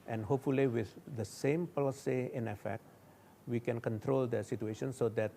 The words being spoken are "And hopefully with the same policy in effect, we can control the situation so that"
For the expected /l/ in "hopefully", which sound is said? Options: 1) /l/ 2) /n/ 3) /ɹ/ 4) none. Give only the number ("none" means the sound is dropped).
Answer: 1